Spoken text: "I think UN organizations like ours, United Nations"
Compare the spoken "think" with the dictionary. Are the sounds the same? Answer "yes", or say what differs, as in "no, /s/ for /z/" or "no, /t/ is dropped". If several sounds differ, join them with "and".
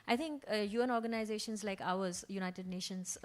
no, /t/ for /θ/